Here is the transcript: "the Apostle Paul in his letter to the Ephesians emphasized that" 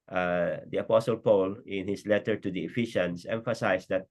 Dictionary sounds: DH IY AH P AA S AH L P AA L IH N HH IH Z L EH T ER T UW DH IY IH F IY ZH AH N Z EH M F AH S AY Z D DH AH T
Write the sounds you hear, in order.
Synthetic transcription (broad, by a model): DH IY AH P AA S AH L P AA L IH N HH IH S L EH T ER T UW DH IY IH F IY SH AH N S EH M F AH S AY S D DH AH T